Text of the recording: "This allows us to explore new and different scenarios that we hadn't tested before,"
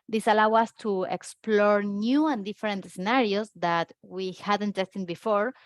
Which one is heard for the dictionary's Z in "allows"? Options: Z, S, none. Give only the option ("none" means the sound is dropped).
none